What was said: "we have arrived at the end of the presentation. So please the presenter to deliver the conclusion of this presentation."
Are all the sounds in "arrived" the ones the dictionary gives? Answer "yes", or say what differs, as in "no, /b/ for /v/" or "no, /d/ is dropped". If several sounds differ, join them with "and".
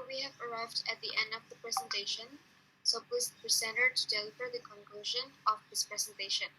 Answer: yes